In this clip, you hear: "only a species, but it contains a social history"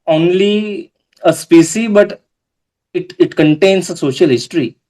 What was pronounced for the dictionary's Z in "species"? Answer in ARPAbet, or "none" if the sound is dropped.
none